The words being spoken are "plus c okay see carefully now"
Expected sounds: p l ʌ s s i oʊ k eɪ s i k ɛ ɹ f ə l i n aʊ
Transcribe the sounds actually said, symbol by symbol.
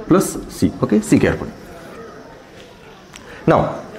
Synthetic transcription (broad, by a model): p l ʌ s s i oʊ k eɪ s i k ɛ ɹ p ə n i n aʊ